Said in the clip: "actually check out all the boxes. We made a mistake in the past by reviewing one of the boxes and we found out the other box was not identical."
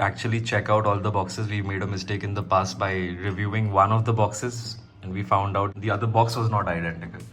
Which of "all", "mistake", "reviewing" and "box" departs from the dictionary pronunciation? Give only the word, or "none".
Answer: none